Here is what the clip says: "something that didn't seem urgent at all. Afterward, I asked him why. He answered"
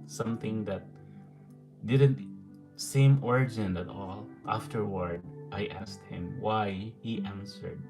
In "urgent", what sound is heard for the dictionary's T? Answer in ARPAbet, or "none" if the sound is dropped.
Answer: none